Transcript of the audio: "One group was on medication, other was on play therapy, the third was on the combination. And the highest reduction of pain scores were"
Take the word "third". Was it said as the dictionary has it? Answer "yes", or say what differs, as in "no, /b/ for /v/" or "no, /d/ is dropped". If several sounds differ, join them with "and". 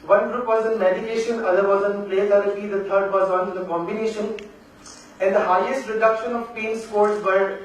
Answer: no, /t/ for /θ/